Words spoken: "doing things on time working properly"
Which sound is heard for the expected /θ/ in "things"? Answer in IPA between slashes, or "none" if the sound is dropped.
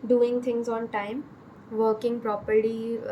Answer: /t/